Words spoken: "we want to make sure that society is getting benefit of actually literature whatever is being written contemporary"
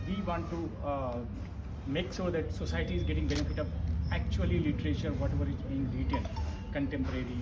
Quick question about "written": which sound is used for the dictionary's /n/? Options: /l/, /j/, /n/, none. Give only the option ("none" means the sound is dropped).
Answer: /l/